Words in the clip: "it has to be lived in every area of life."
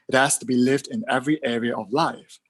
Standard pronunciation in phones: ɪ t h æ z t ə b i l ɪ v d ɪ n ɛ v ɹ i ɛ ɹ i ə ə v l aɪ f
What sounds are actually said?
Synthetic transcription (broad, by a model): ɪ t h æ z t ə b i l ɪ v d ɪ n ɛ v ɹ i ɛ ɹ i ə ə v l aɪ f